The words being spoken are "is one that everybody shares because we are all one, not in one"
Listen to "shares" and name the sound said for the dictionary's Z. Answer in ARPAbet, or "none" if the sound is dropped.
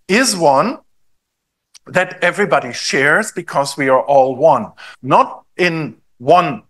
Z